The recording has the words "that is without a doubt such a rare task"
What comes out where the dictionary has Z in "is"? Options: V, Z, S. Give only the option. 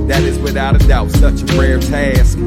Z